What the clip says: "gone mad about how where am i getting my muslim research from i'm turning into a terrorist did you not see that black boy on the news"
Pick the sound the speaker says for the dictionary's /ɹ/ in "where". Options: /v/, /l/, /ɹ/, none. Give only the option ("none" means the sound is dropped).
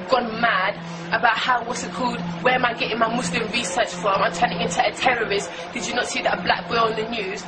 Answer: /l/